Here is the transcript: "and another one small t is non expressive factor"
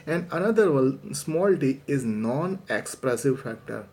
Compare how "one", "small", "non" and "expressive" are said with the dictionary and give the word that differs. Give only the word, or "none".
one